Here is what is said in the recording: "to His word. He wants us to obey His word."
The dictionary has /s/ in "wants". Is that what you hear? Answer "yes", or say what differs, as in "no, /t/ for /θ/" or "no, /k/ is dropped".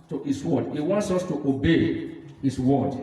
yes